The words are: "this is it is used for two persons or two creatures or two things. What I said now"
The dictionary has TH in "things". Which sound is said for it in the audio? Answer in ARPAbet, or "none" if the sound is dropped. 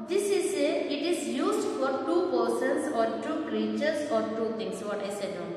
T